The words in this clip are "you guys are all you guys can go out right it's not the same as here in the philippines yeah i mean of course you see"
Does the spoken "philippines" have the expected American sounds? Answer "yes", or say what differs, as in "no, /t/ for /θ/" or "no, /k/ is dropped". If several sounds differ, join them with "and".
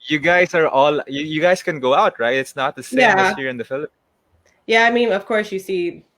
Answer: no, /z/ is dropped